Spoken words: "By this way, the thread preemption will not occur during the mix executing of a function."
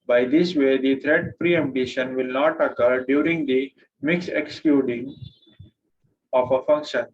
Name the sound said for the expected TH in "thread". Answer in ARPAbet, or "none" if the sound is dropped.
T